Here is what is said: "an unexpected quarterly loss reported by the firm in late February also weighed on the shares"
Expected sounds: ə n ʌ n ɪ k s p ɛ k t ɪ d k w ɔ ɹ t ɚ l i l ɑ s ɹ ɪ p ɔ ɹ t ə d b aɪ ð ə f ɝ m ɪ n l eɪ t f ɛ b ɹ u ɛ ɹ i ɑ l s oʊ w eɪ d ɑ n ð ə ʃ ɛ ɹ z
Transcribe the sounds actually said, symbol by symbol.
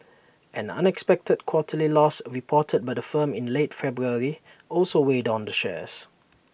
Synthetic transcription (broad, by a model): ə n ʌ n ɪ k s p ɛ k t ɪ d k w ɔ t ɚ l i l ɑ s ɹ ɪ p ɔ t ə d b aɪ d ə f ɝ m ɪ n l eɪ t f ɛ b ɹ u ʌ ɹ i ɑ l s oʊ w eɪ d ɑ n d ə ʃ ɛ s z